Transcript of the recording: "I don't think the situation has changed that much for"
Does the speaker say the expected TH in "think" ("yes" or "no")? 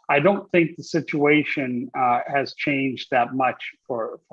yes